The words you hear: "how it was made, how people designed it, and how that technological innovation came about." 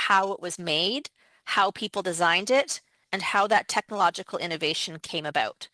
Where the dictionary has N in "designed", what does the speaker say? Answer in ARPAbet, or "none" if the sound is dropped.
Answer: N